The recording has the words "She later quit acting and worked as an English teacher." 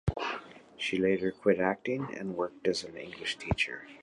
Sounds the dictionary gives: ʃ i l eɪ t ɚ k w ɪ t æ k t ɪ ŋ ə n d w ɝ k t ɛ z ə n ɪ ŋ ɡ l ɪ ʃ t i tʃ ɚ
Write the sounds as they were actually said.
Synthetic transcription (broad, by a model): ʃ i l eɪ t ɚ k w ɪ t æ k t ɪ ŋ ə n w ɝ k t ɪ z ə n ɪ ŋ ɡ l ɪ ʃ t i tʃ ɚ